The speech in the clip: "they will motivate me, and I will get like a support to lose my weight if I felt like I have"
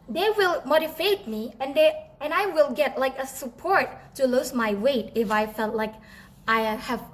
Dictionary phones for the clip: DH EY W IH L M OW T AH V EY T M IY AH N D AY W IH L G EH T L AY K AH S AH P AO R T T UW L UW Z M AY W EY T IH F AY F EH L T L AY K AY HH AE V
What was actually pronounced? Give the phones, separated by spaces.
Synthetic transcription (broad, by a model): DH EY W IH L M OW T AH F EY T M IY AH N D AY W IH L G EH T L AY K AH S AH P AO R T T UW L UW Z M AY W EY T IH F AY F EH L T L AY K AY HH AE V